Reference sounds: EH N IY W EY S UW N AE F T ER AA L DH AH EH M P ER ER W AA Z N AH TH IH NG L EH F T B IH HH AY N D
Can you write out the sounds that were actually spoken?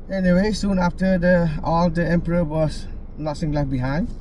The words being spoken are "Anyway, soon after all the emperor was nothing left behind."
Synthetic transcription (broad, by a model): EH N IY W EY S UW N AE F T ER AA L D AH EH M P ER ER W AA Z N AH S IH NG L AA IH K B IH HH AY N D